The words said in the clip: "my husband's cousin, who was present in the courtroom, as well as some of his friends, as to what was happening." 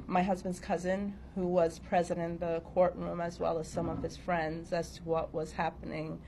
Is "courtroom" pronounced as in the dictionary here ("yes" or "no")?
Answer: yes